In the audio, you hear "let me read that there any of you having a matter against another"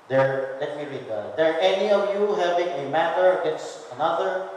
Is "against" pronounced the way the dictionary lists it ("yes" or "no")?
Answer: no